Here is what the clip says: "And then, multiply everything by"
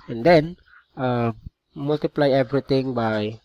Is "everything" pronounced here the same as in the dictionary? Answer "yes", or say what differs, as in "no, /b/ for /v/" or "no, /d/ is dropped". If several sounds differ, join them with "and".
no, /t/ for /θ/